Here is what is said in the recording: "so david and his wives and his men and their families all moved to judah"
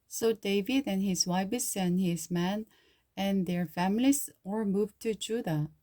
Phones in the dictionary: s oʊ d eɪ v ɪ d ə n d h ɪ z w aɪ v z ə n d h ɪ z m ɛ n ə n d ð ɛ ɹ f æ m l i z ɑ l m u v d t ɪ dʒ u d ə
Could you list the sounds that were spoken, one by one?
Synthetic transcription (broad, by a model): s oʊ d eɪ v ɪ d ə n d h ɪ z w aɪ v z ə n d h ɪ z m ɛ n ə n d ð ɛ ɹ f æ m l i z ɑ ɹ m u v t ɪ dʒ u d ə